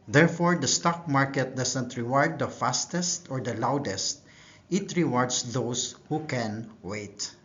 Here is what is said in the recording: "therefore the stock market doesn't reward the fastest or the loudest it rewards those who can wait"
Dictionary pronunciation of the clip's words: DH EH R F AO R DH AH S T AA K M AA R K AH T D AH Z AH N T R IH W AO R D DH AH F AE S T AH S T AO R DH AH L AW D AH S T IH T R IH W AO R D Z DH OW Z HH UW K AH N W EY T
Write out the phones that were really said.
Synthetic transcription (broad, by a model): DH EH R F AO R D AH S T AA K M AA R K AH T D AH S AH N T R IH W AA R D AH F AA S T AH S T AO R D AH L AW D AH S T IH T R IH W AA R D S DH OW S HH UW K AH N W EY T